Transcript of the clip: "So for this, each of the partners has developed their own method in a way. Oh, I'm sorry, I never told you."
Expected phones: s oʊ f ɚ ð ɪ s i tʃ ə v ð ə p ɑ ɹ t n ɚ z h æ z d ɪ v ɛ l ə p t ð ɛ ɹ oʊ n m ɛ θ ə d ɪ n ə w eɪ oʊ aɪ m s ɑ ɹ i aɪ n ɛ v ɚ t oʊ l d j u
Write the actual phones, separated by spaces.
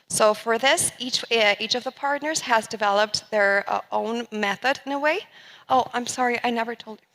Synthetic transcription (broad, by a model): s oʊ f ɚ ð ɪ s i tʃ ə v ð ə p ɑ ɹ t n ɚ z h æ z d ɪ v ɛ l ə p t ð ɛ ɹ oʊ n m ɛ θ ə d ɪ n ə w eɪ oʊ aɪ m s ɑ ɹ i aɪ n ɛ v ɚ t oʊ l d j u